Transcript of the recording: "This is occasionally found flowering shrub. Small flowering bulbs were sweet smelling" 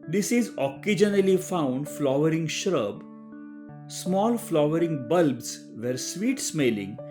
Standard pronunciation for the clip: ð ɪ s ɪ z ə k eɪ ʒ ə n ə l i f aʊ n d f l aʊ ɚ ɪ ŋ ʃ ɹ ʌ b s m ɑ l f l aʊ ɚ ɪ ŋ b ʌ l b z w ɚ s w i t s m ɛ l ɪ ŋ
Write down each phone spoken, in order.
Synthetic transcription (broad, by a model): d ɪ s ɪ z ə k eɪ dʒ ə n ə l i f aʊ n d f l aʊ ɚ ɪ ŋ ʃ ɹ ʌ b s m ɑ l f l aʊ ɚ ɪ ŋ b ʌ l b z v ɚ s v i t s m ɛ l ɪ ŋ